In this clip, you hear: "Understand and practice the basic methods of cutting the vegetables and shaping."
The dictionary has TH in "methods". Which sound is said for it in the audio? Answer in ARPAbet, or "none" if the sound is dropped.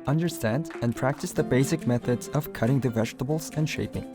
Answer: TH